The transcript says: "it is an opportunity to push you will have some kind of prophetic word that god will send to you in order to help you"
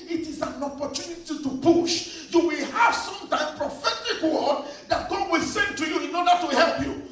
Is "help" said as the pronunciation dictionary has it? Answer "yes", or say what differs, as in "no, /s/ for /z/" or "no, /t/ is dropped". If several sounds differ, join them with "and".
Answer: yes